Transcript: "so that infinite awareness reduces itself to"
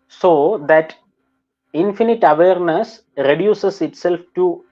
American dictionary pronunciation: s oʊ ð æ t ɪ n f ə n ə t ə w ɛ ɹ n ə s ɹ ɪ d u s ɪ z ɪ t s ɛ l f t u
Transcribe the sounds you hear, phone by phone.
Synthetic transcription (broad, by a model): s oʊ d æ t ɪ n f ə n ə t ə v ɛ ɹ n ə s ɹ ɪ d u s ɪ s ɪ t s ɛ l f t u